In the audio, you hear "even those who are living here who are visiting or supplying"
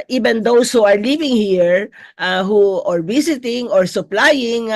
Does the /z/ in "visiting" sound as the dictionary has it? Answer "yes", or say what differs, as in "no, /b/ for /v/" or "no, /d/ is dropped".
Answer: no, /s/ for /z/